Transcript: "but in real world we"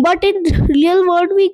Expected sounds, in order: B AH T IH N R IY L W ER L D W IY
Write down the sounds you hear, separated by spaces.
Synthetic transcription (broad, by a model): B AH T IH N R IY L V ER D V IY